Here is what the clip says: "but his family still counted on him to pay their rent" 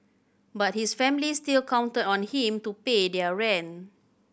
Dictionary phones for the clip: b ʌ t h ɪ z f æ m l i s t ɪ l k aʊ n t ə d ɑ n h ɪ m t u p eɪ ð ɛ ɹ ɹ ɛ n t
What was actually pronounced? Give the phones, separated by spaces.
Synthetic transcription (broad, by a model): b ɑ t h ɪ s f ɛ m l i s t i l k aʊ n t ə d ɑ n h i m t u p eɪ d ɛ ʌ ɹ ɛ n